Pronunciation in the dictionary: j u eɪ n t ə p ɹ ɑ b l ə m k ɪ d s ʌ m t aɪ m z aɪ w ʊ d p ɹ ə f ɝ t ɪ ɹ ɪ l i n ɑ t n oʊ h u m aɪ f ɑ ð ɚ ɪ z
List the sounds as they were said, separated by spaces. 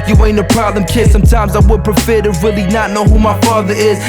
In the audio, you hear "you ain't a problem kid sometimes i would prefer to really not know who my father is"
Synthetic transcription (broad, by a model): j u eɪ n ə p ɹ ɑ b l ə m k ɪ d s ʌ m t aɪ m z aɪ w ʊ d p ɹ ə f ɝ t ɪ ɹ ɪ l i n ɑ t n oʊ h u m aɪ f ɑ ð ɚ ɪ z